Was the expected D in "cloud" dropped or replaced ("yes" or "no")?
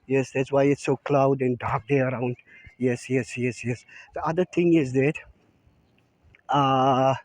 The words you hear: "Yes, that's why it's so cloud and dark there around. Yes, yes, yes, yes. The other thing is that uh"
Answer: no